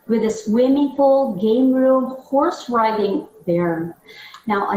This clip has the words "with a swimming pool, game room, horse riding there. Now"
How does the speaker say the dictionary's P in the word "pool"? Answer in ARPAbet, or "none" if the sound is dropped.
F